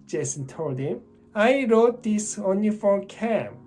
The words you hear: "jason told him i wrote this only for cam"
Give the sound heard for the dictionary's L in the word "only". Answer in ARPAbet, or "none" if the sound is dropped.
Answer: none